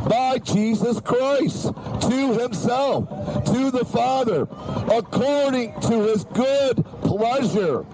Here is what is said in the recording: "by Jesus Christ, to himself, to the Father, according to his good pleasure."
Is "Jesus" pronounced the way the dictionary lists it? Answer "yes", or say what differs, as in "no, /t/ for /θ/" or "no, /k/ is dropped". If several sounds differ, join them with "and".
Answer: yes